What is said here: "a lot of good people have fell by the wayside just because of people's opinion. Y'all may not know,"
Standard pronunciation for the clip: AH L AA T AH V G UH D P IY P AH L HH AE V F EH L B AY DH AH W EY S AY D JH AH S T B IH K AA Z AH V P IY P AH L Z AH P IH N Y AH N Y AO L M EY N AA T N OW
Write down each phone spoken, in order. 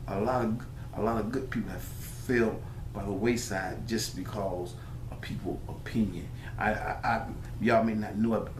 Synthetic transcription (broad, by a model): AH L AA T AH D G UH D P IY P L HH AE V F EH L B AY DH AH W EY S AY D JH AH S B IH K AA Z AH V P IY P L AH P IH N Y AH N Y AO M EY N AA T N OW